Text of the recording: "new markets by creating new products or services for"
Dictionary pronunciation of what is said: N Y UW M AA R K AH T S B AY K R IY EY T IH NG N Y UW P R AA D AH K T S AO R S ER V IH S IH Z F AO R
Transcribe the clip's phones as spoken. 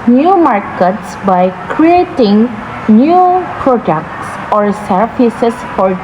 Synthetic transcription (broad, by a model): N Y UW M AA R K AH T S B AY K R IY EY T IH NG N Y UW P R AA D AH K T S AO R S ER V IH S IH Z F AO R